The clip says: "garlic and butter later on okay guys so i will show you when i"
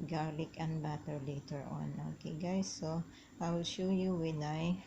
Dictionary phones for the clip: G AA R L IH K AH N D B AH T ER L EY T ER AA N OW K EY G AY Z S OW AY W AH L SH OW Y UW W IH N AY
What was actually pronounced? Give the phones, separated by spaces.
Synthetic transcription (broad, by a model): G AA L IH K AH N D B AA T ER L EY T ER AA N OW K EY G AY S OW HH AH W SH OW Y UW W IH N AY